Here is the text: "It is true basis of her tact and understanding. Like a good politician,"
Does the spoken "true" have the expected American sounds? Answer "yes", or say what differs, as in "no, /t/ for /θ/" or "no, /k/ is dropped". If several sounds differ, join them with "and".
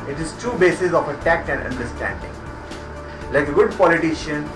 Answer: no, /ɹ/ is dropped